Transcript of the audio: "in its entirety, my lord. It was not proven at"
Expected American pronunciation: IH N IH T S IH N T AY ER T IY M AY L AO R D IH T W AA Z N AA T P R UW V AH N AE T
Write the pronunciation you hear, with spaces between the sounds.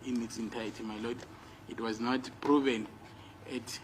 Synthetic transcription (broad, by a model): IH N IH T S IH N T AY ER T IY M AY L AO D IH T W AA Z N AA T P R UW V AH N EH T